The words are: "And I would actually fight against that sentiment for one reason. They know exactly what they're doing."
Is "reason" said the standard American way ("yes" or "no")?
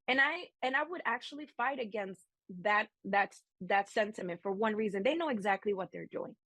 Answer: yes